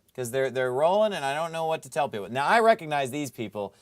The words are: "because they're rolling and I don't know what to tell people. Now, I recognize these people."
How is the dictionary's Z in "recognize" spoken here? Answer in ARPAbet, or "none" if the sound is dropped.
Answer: Z